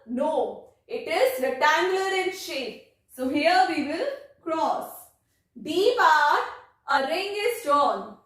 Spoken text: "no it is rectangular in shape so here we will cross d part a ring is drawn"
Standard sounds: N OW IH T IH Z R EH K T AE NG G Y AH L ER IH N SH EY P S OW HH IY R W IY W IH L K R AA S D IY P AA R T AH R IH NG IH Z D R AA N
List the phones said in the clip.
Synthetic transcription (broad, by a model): N OW IH T IH Z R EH T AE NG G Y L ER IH N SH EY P S OW HH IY R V IY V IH L K R AA S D IY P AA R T AH R IH NG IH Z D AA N